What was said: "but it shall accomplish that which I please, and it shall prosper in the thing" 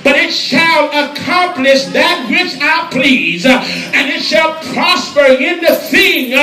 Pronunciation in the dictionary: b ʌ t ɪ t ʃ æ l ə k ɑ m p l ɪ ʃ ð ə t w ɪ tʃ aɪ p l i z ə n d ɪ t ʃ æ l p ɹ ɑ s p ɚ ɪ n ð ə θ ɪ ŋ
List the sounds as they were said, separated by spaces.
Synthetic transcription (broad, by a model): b ʌ t ɪ t ʃ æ l ə k ɑ m p l ɪ ʃ ð ə t w ɪ tʃ aɪ p l i z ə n ɪ t ʃ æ l p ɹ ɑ s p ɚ ɪ n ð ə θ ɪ ŋ